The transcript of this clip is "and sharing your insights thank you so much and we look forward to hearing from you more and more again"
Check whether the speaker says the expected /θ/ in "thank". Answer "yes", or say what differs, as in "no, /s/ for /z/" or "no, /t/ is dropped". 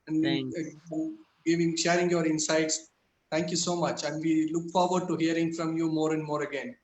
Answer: no, /t/ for /θ/